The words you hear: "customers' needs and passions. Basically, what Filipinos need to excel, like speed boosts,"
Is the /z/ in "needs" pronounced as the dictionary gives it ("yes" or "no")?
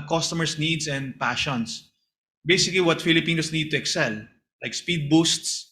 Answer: no